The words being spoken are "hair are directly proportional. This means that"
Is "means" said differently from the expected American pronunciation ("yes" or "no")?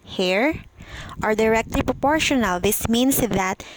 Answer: yes